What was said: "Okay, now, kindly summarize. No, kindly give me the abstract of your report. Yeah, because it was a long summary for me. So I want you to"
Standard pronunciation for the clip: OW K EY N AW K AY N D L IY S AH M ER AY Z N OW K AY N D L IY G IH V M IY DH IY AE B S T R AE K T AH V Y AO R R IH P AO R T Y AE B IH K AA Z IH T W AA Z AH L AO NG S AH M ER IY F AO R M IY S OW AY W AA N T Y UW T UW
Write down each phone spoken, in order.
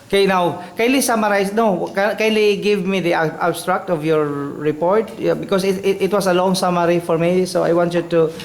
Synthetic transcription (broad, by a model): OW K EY N AW K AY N L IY S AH M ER AY S N OW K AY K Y L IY G IH V M IY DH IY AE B S T R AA K T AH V Y AO R R IH P AO R T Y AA B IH K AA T IH T W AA S AH L AO NG S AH M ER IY F AO R M IY S OW AY W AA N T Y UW T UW